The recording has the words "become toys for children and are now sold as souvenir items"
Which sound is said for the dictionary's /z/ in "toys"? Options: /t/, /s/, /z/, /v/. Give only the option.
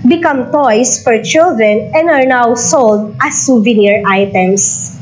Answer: /s/